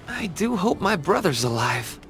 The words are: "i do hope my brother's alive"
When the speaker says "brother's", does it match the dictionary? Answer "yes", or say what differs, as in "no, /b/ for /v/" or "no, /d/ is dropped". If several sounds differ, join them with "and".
yes